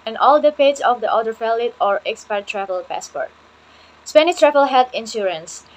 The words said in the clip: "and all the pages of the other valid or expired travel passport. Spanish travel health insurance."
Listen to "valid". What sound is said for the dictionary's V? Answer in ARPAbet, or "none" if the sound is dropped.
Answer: F